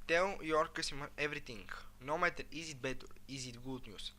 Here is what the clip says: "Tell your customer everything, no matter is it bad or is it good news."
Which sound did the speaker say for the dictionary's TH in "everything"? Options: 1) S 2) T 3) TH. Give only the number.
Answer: 2